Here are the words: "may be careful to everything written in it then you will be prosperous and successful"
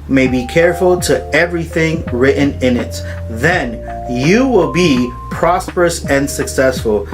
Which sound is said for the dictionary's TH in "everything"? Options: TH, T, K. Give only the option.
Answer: TH